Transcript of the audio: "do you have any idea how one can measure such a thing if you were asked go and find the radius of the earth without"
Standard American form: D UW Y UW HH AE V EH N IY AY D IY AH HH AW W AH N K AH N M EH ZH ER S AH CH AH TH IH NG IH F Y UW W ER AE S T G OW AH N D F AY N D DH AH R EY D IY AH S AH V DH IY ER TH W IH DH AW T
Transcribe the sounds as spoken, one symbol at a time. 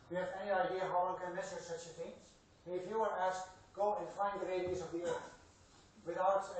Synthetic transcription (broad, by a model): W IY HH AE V EH N IY AY D IY AH HH AW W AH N K AH N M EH S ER S AH CH AH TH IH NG IH F Y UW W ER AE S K G OW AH N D F AY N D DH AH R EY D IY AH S AH V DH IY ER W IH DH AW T